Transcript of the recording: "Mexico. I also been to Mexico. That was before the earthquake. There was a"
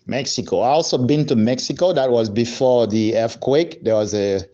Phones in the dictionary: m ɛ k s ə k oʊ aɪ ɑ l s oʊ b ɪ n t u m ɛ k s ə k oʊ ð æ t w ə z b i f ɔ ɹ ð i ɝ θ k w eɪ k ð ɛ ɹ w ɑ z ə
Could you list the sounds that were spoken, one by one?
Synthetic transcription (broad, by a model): m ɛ k s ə k oʊ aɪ ɑ l s oʊ b ɪ n t u m ɛ k s ə k oʊ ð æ t w ə z b i f ɔ ɹ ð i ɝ f k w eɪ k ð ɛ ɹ w ɑ z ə